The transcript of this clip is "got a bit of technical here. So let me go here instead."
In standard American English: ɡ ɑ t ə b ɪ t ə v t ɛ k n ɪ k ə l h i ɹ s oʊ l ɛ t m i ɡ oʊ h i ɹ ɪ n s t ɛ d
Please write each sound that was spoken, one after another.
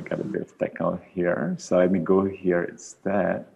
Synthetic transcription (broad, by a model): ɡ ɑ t ə b ɪ t ə v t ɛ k ɪ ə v h i ɹ s oʊ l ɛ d m i ɡ oʊ h i ɹ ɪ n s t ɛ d